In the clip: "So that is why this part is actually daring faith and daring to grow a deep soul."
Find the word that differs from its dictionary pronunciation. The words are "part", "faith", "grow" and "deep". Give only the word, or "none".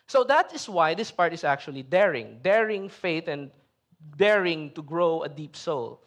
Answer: faith